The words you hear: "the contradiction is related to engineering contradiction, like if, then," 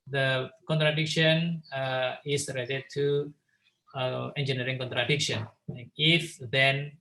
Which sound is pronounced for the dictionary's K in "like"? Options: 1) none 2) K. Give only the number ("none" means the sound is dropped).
1